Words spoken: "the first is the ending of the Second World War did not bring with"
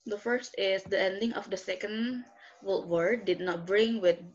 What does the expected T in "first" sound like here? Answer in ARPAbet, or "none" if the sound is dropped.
T